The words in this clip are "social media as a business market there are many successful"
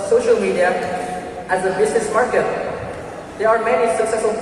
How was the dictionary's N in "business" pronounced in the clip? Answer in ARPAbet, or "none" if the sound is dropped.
N